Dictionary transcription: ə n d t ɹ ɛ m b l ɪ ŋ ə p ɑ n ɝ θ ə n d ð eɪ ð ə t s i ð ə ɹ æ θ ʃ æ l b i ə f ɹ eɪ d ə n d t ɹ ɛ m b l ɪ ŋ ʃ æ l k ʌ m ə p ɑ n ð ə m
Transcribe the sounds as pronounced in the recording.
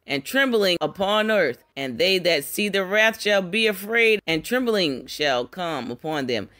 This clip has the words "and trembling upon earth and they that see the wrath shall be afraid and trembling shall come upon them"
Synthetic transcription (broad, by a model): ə n t ɹ ɛ m b l ɪ ŋ ə p ɑ n ɝ θ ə n ð eɪ ð ə t s i ð ə ɹ æ θ ʃ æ l b i ə f ɹ eɪ d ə n t ɹ ɛ m b l ɪ ŋ ʃ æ l k ʌ m ə p ɑ n ð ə m